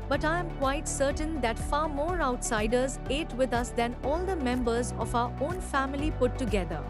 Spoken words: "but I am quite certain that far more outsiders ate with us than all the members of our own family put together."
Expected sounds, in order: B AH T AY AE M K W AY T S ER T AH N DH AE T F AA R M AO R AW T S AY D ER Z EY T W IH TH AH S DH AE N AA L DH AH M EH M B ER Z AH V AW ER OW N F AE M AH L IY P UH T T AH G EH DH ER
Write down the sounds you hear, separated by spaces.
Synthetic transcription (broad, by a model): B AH T AY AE M K W AY T S ER T AH N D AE T F AA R M AO R AW T S AY D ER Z EY T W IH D AH S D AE N AA L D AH M EH M B ER Z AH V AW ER OW N F AE M AH L IY P UH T T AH G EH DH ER